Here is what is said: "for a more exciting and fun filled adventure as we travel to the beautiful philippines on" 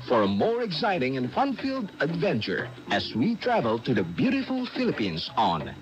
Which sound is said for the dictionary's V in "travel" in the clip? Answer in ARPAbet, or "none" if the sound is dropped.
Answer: V